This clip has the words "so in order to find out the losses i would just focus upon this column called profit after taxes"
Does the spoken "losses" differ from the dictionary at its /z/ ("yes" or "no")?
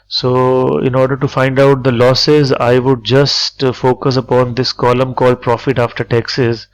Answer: no